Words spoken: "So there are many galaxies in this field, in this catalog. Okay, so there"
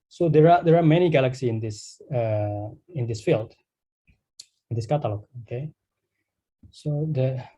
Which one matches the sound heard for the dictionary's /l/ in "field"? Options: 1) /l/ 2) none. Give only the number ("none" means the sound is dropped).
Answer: 1